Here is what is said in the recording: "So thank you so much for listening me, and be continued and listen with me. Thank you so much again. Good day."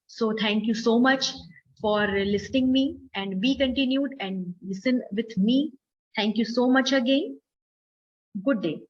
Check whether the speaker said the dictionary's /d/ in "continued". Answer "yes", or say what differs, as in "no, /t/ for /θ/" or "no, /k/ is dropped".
yes